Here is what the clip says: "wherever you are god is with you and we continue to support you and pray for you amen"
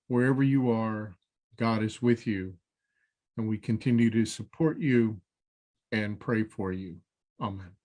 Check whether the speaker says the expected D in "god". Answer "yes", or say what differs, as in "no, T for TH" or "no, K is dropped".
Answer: yes